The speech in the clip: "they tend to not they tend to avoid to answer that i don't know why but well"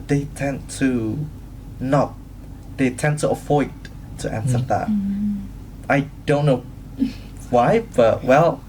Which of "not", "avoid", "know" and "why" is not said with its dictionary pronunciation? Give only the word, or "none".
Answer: avoid